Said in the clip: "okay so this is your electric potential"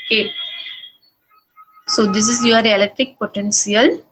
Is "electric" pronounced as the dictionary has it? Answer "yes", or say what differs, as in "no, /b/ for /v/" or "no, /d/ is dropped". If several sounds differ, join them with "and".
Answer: no, /ɹ/ is dropped